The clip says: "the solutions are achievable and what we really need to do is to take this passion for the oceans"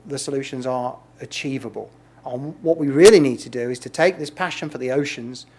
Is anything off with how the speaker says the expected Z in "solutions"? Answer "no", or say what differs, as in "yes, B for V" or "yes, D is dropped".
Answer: no